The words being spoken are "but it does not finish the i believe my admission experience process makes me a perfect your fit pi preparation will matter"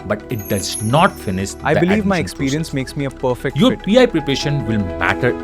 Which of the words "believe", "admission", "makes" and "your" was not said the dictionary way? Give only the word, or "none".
admission